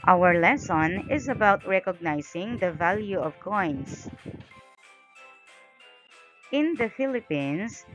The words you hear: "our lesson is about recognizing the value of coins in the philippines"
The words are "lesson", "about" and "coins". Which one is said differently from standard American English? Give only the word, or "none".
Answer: coins